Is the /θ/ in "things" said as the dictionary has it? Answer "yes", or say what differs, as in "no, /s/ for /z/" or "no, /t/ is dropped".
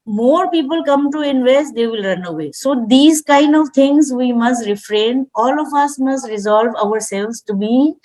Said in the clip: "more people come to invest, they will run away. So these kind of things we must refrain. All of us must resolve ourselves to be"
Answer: no, /t/ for /θ/